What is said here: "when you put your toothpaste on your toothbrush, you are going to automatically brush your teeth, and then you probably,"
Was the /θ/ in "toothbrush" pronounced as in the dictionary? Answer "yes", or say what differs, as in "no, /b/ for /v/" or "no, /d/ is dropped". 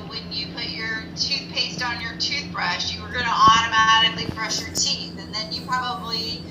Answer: yes